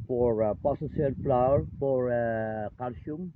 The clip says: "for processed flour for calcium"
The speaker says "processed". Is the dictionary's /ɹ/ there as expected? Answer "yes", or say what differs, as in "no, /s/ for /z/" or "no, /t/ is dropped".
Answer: no, /ɹ/ is dropped